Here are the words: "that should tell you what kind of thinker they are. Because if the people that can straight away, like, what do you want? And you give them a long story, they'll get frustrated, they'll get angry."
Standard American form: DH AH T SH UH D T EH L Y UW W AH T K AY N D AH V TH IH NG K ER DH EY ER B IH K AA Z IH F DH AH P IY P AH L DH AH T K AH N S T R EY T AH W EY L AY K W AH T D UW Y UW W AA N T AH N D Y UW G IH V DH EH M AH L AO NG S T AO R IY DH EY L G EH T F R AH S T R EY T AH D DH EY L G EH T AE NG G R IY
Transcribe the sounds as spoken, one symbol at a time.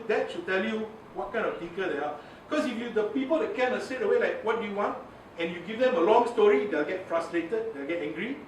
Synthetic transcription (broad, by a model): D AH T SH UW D T EH L Y UW W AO T K AY N D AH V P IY K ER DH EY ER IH K AA S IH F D AH P IY P AH L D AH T K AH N S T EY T AH W EY L AY K W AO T D UW Y UW W AA N T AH N Y UW G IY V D EH M AH L AO NG S T AO R IY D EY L G EH T F R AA S T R EY T AH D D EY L G EH T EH NG G R IY